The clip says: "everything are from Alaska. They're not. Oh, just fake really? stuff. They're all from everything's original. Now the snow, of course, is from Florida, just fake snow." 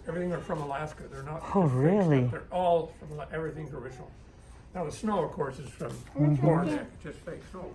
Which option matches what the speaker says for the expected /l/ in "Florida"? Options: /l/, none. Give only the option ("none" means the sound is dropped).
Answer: none